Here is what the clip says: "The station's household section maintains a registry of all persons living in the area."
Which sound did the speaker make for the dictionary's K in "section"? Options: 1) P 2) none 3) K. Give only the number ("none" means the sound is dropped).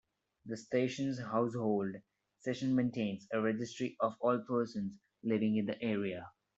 2